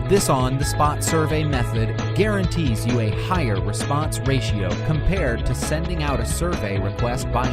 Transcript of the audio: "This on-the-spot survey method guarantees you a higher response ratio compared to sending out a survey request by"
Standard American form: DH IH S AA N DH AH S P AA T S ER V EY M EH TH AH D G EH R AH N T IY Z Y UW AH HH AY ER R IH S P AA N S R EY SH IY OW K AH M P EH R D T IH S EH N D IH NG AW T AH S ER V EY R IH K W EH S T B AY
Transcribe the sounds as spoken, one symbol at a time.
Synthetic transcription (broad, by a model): DH IH S N DH AH S P AA T S ER V EY M EH TH AH D G EH R AH N T IY Z Y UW AH HH AY ER R IH S P AA N S R EY SH IY OW K AH M P EH R D T IH S EH N D IH NG AW T AH S ER V EY R IH K W EH S T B AY